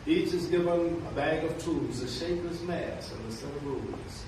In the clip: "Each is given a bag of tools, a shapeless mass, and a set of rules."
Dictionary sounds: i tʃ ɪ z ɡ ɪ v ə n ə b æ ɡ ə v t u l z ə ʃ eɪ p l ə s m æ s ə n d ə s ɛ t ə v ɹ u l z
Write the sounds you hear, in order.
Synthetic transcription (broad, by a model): i tʃ ɪ z ɡ ɪ v ə n ə b æ ɡ ə v t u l z ə ʃ eɪ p ə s m æ s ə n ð ə s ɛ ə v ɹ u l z